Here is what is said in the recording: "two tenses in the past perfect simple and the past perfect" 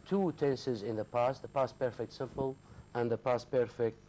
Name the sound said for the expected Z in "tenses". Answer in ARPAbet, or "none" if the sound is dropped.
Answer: Z